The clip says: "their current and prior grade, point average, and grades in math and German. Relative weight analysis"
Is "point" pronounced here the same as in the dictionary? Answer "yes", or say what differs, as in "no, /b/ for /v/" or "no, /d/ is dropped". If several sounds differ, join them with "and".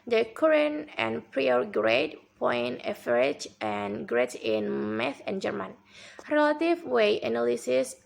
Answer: no, /t/ is dropped